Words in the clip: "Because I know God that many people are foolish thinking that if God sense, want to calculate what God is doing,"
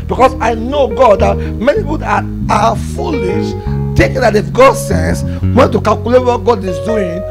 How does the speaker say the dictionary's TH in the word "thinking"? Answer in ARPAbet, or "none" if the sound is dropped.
T